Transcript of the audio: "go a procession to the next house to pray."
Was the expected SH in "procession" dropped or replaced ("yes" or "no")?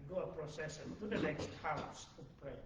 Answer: yes